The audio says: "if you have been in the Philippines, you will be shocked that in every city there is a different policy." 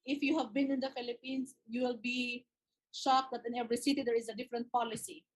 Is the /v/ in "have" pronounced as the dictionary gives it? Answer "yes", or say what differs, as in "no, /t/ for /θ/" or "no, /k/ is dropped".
yes